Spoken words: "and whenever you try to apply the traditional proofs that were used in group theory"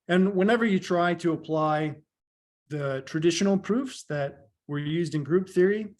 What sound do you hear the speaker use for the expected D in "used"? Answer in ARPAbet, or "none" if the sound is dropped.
D